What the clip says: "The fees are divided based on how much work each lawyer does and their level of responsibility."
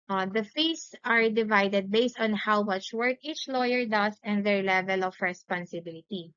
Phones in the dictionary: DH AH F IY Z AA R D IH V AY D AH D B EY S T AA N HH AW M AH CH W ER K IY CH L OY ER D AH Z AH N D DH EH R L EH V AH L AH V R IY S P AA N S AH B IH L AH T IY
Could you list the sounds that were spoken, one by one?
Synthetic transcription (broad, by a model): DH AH F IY S AA R D IH V AY D AH D B EY S T AA N HH AW M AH CH W ER K IY CH L OY ER D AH S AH N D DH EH R L EH V AH L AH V R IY S P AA N S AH B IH L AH T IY